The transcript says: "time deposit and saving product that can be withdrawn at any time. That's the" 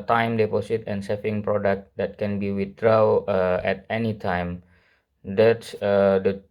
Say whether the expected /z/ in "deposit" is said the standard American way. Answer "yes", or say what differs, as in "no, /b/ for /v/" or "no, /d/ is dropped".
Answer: no, /s/ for /z/